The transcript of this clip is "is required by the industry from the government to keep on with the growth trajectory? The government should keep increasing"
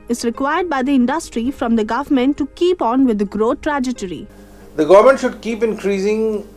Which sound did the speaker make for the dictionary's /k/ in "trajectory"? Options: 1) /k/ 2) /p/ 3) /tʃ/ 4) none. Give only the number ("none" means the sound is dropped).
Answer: 4